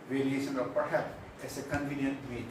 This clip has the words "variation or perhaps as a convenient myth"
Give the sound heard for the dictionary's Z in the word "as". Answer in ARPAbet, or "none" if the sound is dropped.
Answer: S